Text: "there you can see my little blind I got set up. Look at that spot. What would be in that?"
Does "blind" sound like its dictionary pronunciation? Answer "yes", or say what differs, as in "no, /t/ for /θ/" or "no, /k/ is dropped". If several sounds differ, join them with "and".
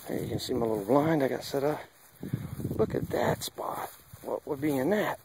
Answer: yes